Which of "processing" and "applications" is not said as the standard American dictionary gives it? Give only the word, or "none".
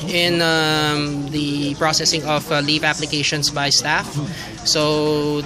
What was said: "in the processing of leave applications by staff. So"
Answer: applications